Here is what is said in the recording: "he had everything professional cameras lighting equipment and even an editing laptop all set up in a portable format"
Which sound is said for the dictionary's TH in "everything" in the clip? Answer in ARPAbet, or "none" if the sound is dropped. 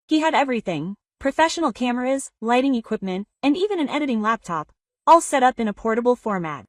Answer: TH